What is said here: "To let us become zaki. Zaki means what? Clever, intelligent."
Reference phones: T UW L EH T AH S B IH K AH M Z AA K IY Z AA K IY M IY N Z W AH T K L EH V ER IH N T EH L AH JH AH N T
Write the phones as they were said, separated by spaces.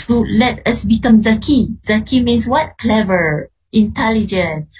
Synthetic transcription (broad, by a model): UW L EH T AH S B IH K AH M Z AA K IY Z AA K IY M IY N S W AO T K L EH V ER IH N T EH L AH JH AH N